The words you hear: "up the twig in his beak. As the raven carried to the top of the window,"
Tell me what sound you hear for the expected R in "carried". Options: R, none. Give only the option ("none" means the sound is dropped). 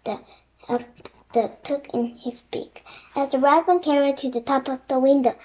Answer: R